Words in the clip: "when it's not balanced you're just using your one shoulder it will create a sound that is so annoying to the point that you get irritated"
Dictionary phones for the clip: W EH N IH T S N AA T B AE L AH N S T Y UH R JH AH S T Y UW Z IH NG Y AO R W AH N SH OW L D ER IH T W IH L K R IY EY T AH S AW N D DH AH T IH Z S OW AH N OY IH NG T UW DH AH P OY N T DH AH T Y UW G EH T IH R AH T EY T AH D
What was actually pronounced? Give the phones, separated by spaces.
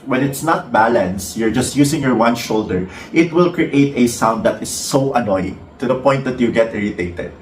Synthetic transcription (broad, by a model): W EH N IH T S N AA T B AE L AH N S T Y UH R JH AH S T Y UW S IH NG Y AO R W AH N SH OW L D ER IH T W IH L K R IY EY T AH S AW N D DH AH T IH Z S OW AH N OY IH T UW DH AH P OY N T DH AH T Y UW G EH T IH R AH T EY T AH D